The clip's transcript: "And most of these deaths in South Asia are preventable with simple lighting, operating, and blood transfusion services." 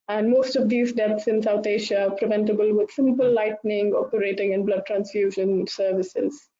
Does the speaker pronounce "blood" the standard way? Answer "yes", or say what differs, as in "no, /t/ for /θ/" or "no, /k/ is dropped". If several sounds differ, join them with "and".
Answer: yes